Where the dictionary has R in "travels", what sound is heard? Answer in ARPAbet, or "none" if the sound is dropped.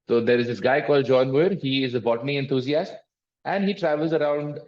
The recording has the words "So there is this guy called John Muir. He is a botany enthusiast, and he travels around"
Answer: R